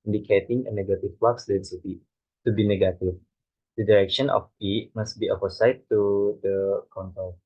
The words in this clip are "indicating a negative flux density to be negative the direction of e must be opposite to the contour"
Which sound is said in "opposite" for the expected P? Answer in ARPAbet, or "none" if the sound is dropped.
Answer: F